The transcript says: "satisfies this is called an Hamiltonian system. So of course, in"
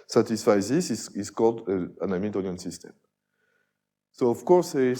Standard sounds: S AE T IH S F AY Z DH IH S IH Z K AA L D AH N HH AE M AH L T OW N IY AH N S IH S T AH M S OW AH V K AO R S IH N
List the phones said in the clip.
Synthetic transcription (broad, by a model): S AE T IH S F AY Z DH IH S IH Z K AA L D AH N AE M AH T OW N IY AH N S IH S T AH M S OW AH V K AO R S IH